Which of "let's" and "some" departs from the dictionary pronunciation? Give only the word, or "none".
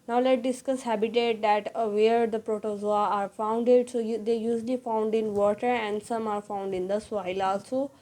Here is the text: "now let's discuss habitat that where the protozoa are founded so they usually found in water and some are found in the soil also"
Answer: let's